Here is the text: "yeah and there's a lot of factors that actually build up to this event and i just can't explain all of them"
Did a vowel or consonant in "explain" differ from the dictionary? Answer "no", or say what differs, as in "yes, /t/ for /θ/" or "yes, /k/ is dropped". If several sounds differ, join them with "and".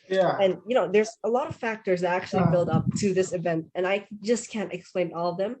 no